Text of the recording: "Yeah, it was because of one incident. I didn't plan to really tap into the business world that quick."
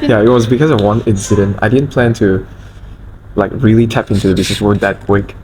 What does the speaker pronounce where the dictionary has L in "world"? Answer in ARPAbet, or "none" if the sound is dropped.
none